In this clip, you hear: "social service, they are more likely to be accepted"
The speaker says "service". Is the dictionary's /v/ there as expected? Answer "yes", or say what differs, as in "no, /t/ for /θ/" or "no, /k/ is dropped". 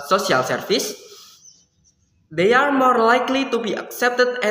no, /f/ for /v/